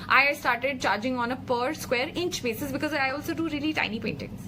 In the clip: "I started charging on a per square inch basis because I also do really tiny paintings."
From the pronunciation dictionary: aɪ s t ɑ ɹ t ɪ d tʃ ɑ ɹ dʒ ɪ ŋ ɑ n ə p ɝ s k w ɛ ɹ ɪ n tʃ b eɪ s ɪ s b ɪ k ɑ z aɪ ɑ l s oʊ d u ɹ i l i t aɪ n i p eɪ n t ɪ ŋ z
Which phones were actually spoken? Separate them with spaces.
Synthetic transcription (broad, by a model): aɪ s t ɑ ɹ t ɪ d tʃ ɑ ɹ dʒ ɪ ŋ ɑ n ə p ɝ s k w ɛ ɹ ɪ n tʃ b eɪ s ɪ s b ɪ k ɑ z aɪ ɑ l s oʊ d u ɹ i l i t aɪ n i p eɪ n t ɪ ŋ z